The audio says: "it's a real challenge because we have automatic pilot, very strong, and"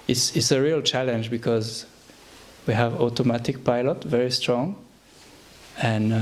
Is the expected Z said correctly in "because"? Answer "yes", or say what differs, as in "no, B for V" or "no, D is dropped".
yes